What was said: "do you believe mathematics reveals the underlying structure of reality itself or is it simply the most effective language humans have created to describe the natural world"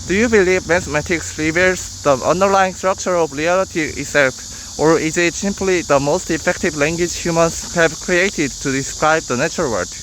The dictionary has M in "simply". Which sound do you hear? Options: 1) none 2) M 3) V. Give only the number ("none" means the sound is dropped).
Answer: 2